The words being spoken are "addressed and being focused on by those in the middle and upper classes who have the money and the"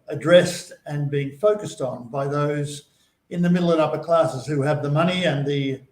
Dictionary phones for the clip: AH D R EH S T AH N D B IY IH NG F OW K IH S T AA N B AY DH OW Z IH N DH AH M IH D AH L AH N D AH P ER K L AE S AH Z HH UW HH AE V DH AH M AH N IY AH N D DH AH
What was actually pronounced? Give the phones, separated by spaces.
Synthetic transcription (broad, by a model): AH D R EH S T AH N B IY IH NG F OW K IH S T N B AY DH OW Z IH N DH AH M IH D L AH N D AH P ER K L AE S AH Z HH UW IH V DH AH M AH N IY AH N DH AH